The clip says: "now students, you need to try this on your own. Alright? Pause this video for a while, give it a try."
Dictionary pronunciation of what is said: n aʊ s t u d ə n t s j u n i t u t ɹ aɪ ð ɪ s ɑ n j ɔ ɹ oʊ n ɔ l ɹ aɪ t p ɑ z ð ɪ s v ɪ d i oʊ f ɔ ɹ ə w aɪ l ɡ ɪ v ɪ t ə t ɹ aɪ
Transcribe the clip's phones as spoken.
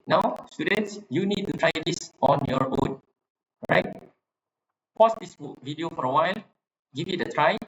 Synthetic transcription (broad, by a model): n aʊ s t u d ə n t s j u n i t u t ɹ aɪ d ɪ s ɑ n j ɔ ɹ oʊ n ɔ ɹ aɪ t p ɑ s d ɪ s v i d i oʊ f ɔ ɹ ə w aɪ l ɡ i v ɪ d ə t ɹ aɪ